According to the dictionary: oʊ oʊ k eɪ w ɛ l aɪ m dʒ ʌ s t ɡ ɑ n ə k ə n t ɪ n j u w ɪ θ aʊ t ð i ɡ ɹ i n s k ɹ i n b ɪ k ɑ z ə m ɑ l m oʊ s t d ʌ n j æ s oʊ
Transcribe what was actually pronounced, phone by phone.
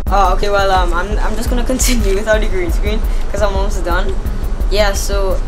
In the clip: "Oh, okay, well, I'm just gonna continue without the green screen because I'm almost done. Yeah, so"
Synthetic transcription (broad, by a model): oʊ oʊ k eɪ w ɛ l aɪ m dʒ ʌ s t ɡ ɑ n ə k ə n t ɪ n j u w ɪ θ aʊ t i ɡ ɹ i n s k ɹ i n k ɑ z ə m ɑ m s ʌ d ʌ n j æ s oʊ